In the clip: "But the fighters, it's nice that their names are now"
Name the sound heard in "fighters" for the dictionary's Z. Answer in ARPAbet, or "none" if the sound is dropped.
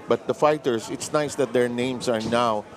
S